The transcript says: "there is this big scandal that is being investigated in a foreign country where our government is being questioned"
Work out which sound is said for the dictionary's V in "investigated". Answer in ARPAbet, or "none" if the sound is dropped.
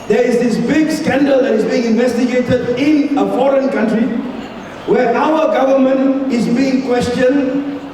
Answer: V